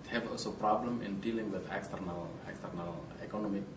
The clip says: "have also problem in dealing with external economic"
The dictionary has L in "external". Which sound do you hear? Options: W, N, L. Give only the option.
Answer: L